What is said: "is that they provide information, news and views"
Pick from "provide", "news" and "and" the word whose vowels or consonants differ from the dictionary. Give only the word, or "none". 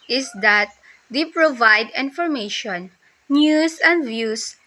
news